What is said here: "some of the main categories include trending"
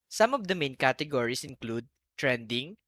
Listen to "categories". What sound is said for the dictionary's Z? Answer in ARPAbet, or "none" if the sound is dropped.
S